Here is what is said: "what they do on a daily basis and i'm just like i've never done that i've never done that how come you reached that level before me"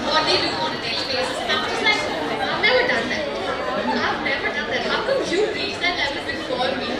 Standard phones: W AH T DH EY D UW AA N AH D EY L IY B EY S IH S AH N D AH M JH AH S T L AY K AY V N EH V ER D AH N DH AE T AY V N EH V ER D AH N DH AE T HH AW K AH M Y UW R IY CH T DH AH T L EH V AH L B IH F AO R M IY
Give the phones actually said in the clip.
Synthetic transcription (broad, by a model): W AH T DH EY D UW AA N AH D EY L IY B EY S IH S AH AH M JH AH S T L AY K AY V N EH V ER D AH N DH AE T AY V N EH V ER D AH N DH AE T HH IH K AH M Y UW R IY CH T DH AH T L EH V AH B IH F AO L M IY